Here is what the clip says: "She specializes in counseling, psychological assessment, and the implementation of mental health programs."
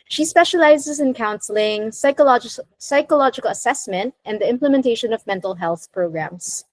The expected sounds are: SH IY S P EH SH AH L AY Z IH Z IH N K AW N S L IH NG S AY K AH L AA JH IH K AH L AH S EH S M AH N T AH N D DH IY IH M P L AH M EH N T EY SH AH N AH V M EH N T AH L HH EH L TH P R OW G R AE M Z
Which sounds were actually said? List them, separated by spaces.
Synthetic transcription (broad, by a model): SH IY S P EH SH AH L AY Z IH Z IH N K AW N S L IH NG S AY K AH L AA JH IH K AH L AH S EH S M AH N T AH N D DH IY IH M P L AH M EH N T EY SH AH N AH V M EH N T L HH EH L TH P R OW G R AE M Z